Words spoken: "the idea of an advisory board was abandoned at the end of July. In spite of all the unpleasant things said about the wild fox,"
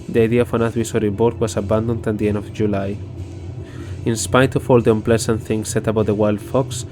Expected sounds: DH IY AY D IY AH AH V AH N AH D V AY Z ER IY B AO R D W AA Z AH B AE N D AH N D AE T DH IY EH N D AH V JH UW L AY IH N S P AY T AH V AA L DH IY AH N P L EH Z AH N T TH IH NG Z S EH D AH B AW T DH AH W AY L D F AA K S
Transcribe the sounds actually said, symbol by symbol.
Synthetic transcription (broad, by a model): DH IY AY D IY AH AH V AH N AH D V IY S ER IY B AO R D W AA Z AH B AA N D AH N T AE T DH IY EH N D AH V JH UW L AY IH N S P AY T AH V AA L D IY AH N P L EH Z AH N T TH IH NG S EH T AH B AW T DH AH W AY L D F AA K S